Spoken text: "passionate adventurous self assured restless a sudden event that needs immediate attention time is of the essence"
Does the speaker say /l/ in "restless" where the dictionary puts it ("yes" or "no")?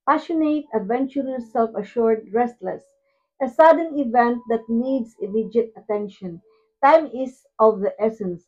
yes